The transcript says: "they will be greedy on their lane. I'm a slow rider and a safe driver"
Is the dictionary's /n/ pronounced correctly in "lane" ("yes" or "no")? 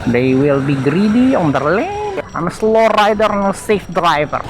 no